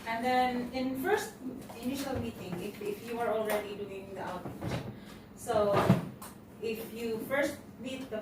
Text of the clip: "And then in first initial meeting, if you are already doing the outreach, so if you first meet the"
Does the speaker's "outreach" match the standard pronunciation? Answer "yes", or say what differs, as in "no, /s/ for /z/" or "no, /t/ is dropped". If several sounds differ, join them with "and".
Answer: no, /ɹ/ is dropped